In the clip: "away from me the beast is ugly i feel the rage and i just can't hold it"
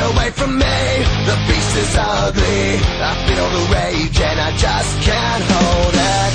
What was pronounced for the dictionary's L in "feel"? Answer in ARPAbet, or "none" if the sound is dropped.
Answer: N